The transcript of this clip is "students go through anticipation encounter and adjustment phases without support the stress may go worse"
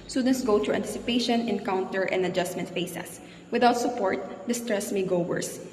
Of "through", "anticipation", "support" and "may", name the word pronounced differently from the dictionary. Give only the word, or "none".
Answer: through